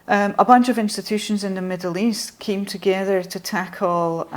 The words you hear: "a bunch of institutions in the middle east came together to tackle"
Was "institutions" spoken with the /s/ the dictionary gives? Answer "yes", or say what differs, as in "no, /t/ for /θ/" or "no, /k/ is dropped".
yes